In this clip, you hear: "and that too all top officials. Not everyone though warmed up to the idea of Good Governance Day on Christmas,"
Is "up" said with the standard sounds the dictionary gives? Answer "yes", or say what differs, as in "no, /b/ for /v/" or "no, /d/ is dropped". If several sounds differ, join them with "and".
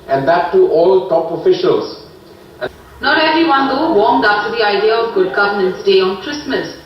no, /f/ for /p/